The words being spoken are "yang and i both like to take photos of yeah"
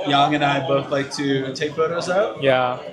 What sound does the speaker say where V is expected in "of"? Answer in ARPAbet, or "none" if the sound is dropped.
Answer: P